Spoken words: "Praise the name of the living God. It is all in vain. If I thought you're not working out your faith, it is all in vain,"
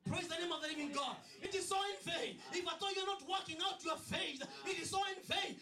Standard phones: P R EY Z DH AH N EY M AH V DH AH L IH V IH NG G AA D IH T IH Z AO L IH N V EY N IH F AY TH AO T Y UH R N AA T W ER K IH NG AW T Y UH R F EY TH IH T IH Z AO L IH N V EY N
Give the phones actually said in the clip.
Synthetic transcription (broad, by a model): P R EY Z DH AH N EY M AH V DH AH N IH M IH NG G AA D IH T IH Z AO IH N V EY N IH F AY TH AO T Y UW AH N AA T W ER K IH NG AW T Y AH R F EY TH IH T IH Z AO IH N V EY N